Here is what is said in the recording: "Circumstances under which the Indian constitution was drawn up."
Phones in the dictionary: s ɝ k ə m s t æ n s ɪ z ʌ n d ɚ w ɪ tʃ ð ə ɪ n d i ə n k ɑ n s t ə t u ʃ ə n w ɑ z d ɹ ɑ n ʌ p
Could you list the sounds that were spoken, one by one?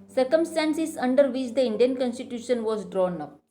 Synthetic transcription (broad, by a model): s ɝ k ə m s t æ n s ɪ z ʌ n d ɚ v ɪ tʃ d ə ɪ n d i ə n k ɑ n s t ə t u ʃ ə n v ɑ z d ɹ ɑ n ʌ p